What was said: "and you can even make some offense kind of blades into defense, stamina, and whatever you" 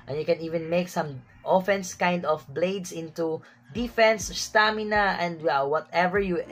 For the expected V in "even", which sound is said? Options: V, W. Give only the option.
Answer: V